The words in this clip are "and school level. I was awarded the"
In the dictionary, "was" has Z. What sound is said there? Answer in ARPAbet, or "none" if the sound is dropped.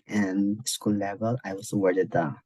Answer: S